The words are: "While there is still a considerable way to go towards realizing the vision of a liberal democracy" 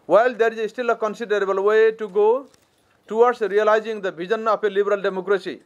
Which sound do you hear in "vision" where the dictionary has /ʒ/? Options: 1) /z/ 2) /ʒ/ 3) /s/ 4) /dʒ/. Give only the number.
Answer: 1